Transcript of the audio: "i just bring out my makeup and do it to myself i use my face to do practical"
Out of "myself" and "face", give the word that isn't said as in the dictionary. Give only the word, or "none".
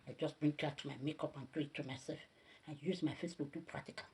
myself